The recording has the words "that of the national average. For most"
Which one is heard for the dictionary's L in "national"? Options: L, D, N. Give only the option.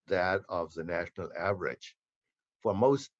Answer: L